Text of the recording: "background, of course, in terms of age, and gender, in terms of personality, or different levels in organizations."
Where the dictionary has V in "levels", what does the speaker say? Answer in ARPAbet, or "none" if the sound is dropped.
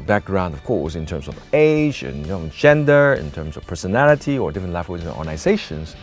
W